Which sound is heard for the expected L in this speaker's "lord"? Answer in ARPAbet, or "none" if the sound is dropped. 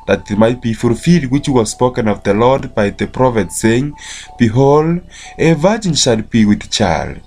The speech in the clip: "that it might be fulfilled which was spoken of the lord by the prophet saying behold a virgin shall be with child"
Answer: L